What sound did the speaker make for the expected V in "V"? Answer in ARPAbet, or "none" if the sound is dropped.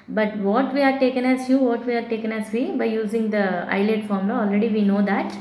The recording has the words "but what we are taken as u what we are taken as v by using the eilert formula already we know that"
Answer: V